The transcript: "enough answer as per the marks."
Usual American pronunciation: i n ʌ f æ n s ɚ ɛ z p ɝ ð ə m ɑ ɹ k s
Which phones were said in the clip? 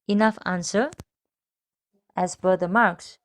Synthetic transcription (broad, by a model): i n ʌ f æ n s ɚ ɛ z b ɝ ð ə m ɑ ɹ k s